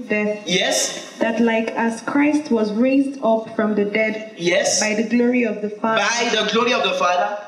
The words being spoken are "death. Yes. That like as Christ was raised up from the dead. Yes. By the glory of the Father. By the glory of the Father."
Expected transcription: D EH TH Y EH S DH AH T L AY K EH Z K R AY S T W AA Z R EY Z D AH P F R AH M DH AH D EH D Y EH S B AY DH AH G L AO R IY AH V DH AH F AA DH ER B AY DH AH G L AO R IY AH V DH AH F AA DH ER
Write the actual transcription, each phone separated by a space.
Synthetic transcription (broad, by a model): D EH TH Y EH S DH AH T L AY K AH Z K R AY S T W AA Z R EY Z D AH P F R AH M DH AH D EH D Y EH S B AY DH AH G L AO R IY AH V DH AH F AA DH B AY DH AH G L AO R IY AH V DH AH F AA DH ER